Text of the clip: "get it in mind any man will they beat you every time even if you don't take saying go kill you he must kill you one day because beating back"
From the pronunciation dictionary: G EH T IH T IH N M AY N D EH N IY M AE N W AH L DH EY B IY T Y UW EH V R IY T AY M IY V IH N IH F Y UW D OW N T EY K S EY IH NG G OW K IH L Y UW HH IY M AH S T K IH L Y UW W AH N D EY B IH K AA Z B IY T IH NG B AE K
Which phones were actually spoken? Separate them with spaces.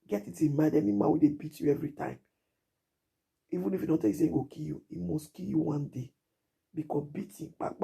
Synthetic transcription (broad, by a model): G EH T IH T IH M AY D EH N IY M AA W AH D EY B IY T Y UW EH V R IY T AY M IY V IH N IH F Y UW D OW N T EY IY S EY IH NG G OW K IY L Y UW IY M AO S K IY L Y UW W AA N D EY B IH K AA B IY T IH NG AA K